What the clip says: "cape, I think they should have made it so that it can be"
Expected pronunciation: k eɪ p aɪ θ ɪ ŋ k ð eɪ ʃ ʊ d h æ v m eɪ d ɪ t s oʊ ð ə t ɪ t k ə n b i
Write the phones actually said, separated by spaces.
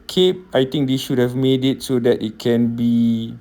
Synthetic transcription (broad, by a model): k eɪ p aɪ t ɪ ŋ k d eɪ ʃ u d h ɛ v m eɪ d ɪ t s oʊ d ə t ɪ t k ə n b i